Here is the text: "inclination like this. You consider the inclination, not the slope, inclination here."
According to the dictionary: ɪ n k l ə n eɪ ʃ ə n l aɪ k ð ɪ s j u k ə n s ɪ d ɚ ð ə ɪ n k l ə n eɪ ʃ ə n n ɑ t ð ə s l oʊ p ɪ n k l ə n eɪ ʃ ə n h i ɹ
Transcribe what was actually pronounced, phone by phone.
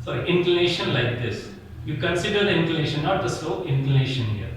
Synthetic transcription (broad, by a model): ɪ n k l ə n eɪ ʃ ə n l aɪ k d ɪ s j u k ə n s ɪ d ɚ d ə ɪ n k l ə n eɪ ʃ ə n n ɑ t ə s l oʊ ɪ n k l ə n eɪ ʃ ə n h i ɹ